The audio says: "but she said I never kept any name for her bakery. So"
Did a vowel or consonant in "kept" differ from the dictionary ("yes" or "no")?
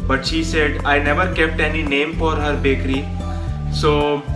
no